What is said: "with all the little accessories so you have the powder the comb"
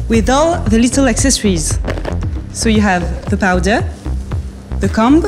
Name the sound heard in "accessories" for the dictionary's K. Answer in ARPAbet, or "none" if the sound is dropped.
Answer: K